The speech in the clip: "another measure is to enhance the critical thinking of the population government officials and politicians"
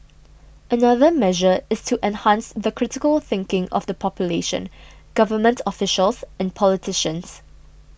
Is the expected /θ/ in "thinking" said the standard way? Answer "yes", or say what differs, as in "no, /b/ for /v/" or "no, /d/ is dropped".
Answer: yes